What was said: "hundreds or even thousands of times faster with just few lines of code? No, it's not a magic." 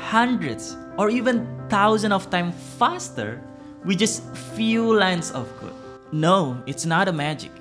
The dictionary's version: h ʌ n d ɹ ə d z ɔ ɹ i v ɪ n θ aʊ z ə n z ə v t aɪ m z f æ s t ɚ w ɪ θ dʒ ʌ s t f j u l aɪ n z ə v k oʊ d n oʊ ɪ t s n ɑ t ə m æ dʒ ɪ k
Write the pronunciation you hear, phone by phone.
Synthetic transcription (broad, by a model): h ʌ n d ɹ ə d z ɔ ɹ i v ɪ n t aʊ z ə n ə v t aɪ m f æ s t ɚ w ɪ dʒ ʌ s t f j u l aɪ n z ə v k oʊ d n oʊ ɪ t s n ɑ t ə m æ dʒ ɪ k